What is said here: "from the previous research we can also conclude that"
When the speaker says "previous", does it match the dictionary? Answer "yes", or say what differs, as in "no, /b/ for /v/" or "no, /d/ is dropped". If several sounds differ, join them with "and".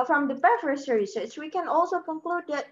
no, /f/ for /v/